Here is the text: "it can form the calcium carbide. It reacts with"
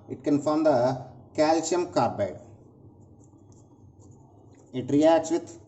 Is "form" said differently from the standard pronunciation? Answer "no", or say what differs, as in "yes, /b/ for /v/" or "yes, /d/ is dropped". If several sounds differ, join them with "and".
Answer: no